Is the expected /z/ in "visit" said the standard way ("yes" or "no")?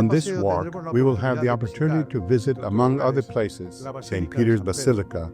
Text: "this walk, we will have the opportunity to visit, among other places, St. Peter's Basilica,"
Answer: yes